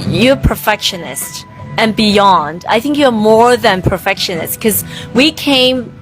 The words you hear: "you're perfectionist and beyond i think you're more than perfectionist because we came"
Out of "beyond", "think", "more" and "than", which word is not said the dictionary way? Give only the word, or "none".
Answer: none